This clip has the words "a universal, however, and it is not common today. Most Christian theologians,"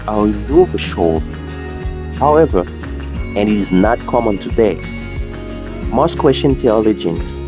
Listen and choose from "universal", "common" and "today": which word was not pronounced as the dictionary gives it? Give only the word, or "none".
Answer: universal